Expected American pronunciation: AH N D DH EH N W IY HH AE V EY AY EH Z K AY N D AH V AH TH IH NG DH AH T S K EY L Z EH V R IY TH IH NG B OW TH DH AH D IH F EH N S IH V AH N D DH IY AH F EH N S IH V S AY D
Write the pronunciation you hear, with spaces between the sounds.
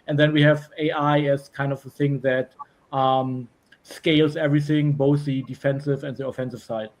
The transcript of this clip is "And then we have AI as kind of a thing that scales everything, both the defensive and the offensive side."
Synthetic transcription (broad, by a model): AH N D DH EH N W IY HH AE V EY AY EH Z K AY N D AH V AH TH IH NG DH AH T S K EY L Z EH V R IY TH IH NG B OW TH DH AH D IH F EH N S IH V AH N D DH IY AH F EH N S IH V S AY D